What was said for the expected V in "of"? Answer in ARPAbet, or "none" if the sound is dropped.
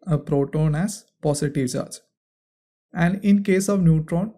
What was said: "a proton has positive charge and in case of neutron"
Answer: V